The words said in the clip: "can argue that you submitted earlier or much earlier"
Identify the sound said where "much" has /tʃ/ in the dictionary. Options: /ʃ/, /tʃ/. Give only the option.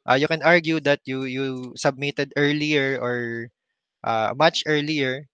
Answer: /tʃ/